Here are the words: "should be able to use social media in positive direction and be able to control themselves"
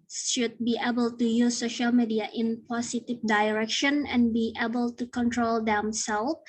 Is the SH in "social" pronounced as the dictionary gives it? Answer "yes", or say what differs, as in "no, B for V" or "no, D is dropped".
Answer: yes